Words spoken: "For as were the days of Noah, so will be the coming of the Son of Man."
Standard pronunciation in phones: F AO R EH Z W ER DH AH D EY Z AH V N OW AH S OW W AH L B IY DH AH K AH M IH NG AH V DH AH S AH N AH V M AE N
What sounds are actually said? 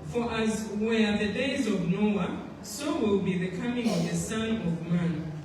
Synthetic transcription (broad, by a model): F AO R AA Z W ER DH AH D EY Z AH V N OW AH S OW W AH L B IY DH AH K AH M IH NG AH V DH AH S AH N AH V M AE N